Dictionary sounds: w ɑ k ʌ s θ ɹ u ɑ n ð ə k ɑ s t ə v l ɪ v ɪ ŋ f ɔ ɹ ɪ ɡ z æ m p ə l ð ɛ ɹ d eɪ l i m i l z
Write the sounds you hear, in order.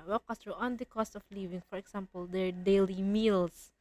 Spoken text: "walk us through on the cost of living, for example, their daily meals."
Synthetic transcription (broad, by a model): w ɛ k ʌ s t ɹ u ɑ n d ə k ɑ s t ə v l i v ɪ ŋ f ɔ ɹ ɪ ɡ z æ m p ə l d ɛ ɹ d eɪ l i m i l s